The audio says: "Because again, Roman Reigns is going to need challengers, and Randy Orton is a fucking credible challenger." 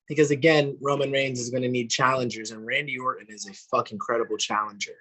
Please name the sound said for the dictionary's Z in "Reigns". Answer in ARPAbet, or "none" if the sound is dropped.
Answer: Z